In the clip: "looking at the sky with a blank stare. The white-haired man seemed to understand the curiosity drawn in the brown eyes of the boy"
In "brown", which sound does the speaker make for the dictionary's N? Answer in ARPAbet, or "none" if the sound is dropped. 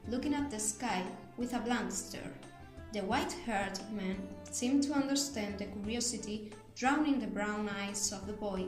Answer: N